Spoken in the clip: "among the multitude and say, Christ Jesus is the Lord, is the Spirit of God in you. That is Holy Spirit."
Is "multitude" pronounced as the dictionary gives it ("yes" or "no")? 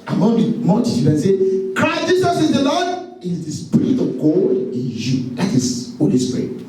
no